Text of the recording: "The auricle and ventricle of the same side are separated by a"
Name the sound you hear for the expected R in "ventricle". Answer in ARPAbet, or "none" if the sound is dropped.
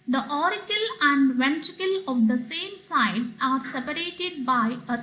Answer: R